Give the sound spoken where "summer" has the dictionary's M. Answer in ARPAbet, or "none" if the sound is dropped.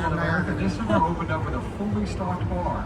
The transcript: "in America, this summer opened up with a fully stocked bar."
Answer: none